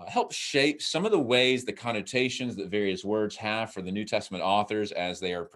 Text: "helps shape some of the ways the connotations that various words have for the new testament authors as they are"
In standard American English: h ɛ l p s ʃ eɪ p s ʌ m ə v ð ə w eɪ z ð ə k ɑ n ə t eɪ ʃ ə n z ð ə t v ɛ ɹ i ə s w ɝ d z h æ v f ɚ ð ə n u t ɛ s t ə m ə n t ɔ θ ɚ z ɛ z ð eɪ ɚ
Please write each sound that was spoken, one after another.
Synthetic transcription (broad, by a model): h ɛ l p ʃ eɪ p s ʌ m ə v ð ə w eɪ z ð ə k ɑ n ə t eɪ ʃ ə n z ð ə t v ɛ ɹ i ə s w ɝ d z h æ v f ɚ ð ə n u t ɛ s t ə m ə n t ɔ θ ɚ z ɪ z ð eɪ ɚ